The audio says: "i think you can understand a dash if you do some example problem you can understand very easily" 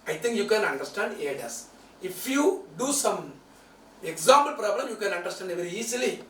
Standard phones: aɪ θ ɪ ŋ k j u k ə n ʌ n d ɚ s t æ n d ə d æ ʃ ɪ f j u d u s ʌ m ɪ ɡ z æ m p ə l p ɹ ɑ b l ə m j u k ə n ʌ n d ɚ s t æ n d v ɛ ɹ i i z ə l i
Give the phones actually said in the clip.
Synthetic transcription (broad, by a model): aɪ t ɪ ŋ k j u k ə n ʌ n d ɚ s t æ n d ə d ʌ s ɪ f j u d u s ʌ m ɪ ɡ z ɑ m p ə l p ɹ ɑ b l ə m j u k ə n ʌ n d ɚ s t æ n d v ɛ ɹ i i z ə l i